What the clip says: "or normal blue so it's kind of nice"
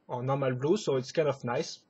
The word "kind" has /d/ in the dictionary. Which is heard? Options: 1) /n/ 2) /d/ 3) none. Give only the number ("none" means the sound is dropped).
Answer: 3